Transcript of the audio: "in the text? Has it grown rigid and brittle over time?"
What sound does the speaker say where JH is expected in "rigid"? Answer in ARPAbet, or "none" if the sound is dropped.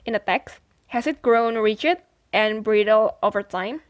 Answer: CH